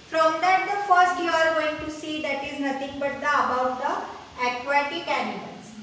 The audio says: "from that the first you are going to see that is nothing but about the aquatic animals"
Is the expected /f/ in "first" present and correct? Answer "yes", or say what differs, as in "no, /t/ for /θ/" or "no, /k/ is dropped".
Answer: yes